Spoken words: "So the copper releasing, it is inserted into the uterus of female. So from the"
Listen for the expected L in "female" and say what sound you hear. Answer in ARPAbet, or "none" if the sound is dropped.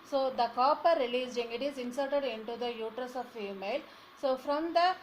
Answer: L